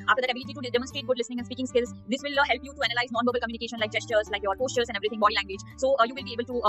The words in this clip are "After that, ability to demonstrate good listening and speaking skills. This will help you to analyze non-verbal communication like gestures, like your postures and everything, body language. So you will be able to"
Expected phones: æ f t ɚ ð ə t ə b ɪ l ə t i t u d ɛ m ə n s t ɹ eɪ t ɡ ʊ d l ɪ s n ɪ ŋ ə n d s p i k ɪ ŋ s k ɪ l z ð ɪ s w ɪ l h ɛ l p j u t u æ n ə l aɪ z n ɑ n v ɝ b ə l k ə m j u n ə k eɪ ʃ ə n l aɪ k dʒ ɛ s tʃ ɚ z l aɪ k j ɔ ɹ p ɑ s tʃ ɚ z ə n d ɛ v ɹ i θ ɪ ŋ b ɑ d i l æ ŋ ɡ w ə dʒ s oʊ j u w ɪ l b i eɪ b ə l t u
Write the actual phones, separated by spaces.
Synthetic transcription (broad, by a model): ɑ f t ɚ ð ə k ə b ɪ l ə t i t u d ɛ m ə n s t ɹ eɪ t ɡ ʊ d l ɪ s n ɪ ŋ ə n s p i k ɪ ŋ s k ɪ l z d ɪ s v ɪ l h ɛ l p j u t u æ n ə l aɪ z n ɑ n v ɝ b ə l k ə m j u n ə k eɪ ʃ ə n l aɪ k dʒ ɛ s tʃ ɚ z l aɪ k j ɔ ɹ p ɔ s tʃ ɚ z ə n d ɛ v ɹ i t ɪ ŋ b ɑ d i l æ ŋ ɡ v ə dʒ s oʊ j u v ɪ l b i eɪ b ə l t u